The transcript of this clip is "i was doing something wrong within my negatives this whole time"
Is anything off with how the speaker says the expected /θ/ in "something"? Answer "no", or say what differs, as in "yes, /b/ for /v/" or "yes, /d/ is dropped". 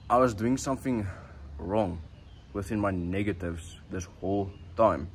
no